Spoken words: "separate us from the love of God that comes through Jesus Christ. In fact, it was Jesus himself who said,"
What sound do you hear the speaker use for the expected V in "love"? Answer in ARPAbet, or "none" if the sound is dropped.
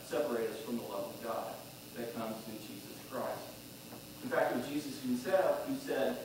V